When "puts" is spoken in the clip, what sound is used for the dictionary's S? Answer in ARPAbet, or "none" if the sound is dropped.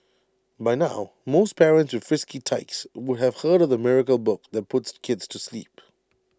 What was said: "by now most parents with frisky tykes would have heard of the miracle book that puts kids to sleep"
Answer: S